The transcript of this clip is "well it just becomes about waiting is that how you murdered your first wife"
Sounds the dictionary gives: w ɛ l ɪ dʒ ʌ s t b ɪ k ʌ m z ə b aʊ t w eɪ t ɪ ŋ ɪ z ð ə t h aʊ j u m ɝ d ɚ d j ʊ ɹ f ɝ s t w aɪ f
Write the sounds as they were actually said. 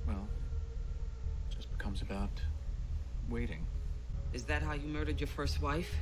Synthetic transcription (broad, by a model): w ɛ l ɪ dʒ ʌ s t b ɪ k ʌ m z ə b aʊ t w eɪ t ɪ ŋ ɪ z ð ə t h aʊ j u m ɝ d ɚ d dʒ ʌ ɹ f ɝ s t w aɪ f